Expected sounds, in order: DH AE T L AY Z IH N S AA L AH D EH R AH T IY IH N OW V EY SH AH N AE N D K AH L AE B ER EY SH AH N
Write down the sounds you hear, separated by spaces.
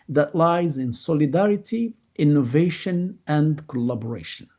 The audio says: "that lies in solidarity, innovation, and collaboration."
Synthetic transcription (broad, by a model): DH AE T L AY Z IH N S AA L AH D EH R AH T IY IH N OW V EY SH AH N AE N D K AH L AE B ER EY SH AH N